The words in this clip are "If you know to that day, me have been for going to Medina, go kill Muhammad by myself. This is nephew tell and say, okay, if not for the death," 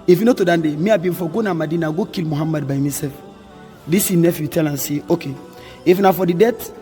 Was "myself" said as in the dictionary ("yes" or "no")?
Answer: no